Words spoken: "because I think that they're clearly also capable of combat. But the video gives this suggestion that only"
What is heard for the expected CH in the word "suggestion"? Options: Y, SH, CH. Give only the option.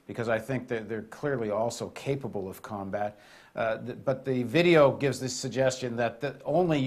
CH